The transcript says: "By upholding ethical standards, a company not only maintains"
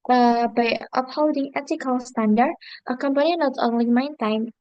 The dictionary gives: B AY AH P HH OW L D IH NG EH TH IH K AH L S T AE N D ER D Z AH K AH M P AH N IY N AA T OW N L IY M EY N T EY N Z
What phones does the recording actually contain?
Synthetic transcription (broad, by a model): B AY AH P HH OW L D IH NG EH T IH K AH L S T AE N D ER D AH K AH M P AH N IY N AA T OW N L IY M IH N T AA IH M